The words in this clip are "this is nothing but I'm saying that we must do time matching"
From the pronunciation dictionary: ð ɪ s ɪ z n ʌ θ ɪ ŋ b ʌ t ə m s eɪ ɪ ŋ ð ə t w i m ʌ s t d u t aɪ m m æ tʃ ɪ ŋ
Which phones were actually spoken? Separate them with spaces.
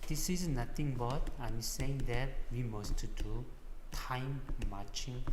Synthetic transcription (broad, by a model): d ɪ s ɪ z n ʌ t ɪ ŋ b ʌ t ə m s eɪ ɪ ŋ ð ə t w i m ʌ s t d u t aɪ m m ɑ tʃ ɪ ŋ